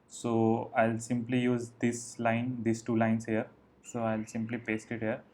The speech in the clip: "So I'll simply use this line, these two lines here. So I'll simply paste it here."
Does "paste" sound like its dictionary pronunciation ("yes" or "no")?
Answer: yes